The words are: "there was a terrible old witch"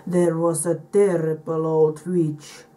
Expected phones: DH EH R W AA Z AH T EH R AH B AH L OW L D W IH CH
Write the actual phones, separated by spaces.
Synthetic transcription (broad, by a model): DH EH R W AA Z AH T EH R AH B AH L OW D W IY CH